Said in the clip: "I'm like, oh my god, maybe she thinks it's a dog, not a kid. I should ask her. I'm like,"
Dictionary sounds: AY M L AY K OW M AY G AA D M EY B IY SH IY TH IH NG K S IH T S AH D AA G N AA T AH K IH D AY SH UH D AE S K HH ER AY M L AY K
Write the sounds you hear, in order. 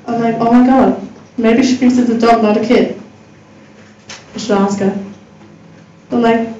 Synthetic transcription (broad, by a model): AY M L AY K OW M AY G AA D M EY B IY SH IY F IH K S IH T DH AH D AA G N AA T AH K IH D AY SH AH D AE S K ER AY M L AY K